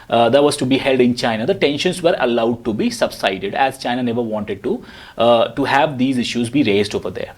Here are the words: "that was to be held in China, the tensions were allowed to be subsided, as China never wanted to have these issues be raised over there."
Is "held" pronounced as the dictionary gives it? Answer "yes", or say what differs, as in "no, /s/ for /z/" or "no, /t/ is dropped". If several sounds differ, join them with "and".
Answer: yes